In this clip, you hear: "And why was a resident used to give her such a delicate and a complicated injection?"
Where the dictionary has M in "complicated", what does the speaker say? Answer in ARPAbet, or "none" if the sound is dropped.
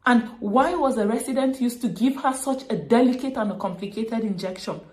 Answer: M